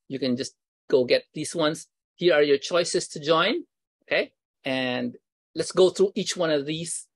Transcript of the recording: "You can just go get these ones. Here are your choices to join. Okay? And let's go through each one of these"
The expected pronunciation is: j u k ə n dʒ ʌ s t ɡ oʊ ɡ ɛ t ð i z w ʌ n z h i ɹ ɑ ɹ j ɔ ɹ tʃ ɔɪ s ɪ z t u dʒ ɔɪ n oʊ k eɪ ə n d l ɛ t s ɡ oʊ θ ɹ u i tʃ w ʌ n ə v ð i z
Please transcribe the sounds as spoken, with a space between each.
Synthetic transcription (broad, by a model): j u k ə n dʒ ʌ s t ɡ oʊ ɡ ɛ t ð i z w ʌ n s h i ɹ ɑ ɹ j ɔ ɹ tʃ ɔɪ s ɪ s t u dʒ ɔɪ n oʊ k eɪ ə n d l ɛ t s ɡ oʊ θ ɹ u i tʃ w ʌ n ə v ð i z